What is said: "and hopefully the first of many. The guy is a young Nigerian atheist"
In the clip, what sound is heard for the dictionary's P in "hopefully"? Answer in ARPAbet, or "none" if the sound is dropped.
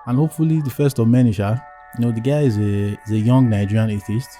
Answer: P